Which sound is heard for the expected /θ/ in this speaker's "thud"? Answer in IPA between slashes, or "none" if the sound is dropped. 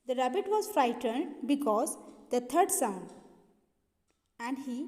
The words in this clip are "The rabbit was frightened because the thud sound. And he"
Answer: /t/